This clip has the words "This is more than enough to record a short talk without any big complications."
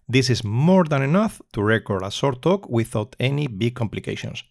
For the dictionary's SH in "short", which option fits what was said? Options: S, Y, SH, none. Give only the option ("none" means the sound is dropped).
S